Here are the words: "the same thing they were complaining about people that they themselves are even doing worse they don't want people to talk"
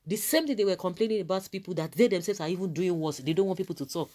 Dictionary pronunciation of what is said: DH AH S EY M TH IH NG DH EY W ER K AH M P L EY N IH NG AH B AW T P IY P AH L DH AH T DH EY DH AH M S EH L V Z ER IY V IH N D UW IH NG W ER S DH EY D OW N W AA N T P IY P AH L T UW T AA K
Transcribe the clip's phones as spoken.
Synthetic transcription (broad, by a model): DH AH S EY M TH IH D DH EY W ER K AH M P L EY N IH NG AH B AW T P IY P AH L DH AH T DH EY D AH M S EH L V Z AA IY V IH N D UW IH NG W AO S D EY D OW N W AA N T P IY P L T UW T AA K